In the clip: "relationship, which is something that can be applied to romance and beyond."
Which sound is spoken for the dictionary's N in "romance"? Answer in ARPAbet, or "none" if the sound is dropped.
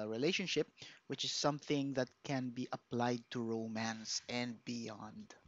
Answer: N